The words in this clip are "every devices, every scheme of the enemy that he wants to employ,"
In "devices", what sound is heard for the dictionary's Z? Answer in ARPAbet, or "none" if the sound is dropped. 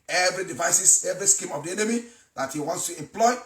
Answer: S